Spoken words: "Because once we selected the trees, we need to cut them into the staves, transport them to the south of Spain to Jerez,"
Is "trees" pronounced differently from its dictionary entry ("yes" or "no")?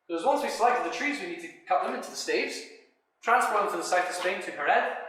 no